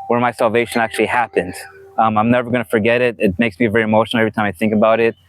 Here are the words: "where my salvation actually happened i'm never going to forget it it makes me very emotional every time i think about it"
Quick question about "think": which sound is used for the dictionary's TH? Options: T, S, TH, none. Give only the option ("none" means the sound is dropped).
TH